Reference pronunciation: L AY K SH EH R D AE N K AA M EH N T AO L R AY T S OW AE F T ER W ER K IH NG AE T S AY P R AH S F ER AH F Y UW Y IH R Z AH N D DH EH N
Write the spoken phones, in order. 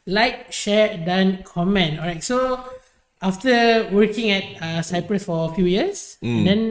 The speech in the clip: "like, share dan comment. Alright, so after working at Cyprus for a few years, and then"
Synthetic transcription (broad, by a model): L AY K SH EH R D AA N K AA M EH N T AO R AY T S OW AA F T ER W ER K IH NG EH T S AY P R AH S F AH F Y UW Y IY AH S AH N D EH N